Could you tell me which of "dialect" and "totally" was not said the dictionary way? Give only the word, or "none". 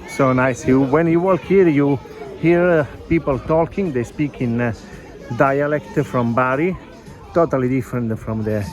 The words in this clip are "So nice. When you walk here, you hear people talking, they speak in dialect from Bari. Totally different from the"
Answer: none